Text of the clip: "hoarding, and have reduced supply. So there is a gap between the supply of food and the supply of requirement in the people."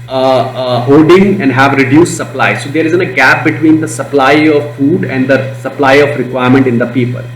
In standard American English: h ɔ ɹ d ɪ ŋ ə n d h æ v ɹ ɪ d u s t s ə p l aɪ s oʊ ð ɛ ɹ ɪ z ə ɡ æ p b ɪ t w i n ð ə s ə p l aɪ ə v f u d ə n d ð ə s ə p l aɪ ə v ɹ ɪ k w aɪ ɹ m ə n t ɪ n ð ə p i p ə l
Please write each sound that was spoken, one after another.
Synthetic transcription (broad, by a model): h ɔ d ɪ ŋ ə n d h æ v ɹ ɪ d u s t s ə p l aɪ s oʊ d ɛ ɹ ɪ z ə ɡ æ p b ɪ t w i n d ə s ə p l aɪ ə v f u d ə n d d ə s ə p l aɪ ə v ɹ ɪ k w aɪ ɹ m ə n t ɪ n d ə p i p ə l